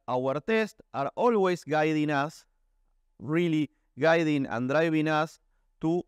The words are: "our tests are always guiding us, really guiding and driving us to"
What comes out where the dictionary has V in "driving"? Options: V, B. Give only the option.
B